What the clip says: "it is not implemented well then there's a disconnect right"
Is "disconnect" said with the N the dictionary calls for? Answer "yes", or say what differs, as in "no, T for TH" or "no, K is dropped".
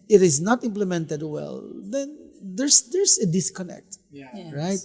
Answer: yes